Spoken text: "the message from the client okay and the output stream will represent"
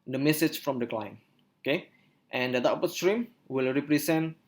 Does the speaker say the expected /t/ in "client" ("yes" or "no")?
no